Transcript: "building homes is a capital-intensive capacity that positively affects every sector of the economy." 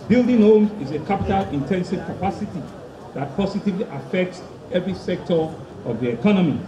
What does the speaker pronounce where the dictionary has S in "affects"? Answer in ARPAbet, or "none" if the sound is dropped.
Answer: S